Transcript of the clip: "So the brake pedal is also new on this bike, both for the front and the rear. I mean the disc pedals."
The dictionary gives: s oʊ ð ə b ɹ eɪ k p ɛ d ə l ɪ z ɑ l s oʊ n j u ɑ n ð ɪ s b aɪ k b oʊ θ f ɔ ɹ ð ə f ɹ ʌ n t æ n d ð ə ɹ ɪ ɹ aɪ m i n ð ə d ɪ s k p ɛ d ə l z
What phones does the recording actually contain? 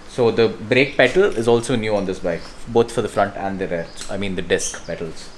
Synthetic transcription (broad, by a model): s oʊ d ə b ɹ eɪ k p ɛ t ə l ɪ z ɑ l s oʊ n j u ɑ n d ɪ s b aɪ k b oʊ t f ɔ ɹ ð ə f ɹ ʌ n t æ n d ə ɹ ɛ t aɪ m i n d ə d ɪ s k p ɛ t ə l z